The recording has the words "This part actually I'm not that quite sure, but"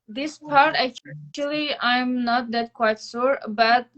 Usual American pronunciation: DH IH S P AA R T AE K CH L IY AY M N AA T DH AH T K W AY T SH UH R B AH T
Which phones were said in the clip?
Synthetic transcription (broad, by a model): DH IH S P AA R T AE K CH L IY AY M N AA T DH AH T K W AY T S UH R B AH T